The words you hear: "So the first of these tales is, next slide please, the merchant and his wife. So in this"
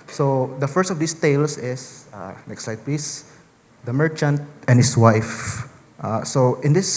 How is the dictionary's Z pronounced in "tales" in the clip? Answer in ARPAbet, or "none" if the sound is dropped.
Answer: S